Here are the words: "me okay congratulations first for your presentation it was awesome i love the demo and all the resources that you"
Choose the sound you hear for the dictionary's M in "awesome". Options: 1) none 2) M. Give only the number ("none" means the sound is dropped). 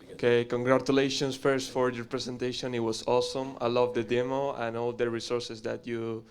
2